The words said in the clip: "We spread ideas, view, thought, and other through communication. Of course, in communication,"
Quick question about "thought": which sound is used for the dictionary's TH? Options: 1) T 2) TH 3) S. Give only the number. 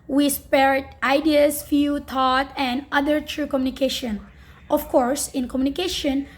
1